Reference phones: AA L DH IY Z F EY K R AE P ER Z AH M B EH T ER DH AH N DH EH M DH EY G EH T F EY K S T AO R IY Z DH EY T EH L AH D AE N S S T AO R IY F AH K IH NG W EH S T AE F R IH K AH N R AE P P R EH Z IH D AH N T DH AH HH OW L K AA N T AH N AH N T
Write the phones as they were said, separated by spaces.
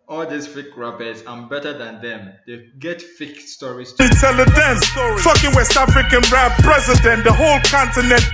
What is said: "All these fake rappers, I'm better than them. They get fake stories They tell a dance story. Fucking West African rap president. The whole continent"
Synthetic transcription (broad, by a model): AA L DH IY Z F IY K R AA B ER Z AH B EH T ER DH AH N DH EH M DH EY G EH T F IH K S T AO R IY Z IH T EH L AH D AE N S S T AO K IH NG W EH S T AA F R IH K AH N R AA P P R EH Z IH D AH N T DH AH HH OW L K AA N T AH N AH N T